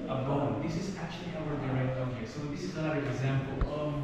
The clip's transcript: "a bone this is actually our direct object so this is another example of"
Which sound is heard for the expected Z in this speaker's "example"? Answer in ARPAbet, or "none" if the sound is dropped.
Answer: Z